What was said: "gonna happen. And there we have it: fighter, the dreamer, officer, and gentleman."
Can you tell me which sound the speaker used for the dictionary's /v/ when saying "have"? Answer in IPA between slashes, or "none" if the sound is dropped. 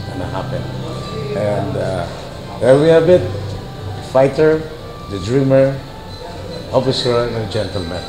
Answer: /b/